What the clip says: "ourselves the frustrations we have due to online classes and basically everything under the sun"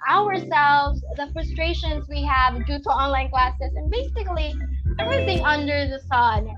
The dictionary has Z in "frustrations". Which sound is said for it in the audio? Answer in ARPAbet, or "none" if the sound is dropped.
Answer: Z